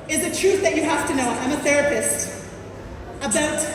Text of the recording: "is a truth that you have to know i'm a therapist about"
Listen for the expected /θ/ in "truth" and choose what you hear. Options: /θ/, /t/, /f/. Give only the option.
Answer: /θ/